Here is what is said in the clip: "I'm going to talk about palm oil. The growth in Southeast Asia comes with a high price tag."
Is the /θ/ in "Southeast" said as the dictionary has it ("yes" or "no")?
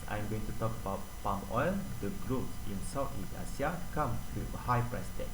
no